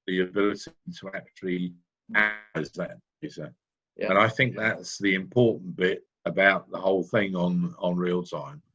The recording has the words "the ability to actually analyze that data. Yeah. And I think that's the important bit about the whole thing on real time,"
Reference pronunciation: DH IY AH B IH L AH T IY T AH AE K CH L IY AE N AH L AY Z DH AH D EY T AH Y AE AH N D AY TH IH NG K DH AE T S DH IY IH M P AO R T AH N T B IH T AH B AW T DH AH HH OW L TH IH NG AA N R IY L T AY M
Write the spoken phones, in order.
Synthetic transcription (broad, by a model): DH IY AH B IH L AH T IY T AH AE K CH IY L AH AY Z DH AH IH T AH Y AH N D AY TH IH NG K DH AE T S DH IY IH M P AO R T N B IH T AH B AW T DH AH HH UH L TH IH NG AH N R IY L T AY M